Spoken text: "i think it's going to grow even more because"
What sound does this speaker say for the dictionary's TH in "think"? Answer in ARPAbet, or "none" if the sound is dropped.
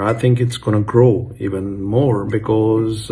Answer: TH